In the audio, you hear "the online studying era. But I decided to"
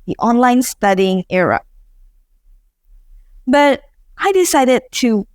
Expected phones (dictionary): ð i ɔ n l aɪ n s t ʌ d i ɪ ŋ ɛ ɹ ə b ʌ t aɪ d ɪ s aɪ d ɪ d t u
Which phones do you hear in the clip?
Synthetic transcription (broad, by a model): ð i ɔ n l aɪ n s t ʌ d i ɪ ŋ ɛ ɹ ə b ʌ t aɪ d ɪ s aɪ d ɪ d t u